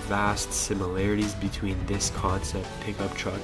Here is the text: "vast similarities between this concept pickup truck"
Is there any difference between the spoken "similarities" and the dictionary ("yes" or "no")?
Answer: no